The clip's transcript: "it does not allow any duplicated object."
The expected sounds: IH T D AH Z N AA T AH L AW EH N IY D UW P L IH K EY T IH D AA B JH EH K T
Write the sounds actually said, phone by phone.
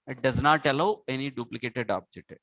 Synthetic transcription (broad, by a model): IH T D AH Z N AA T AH L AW EH N IY D UW P L IH K EY T IH D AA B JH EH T